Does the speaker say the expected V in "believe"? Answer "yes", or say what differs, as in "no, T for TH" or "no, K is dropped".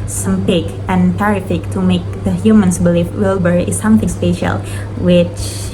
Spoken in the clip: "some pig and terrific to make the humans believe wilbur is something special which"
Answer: no, F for V